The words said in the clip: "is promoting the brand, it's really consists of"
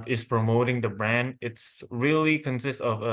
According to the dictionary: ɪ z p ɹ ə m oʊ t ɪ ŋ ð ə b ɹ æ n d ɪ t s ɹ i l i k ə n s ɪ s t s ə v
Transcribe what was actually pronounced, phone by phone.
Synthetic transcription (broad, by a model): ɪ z p ɹ ə m oʊ t ɪ ŋ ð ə b ɹ æ n d ɪ t s ɹ i l i k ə n s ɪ s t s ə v